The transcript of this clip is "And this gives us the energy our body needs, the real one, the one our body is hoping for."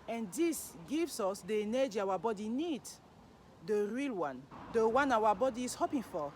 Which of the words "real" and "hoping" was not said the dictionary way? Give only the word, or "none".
none